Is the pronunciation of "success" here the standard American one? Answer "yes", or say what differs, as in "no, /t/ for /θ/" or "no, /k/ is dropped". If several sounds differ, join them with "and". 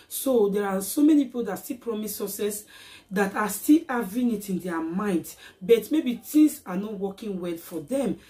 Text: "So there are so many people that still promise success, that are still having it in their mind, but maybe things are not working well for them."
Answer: no, /k/ is dropped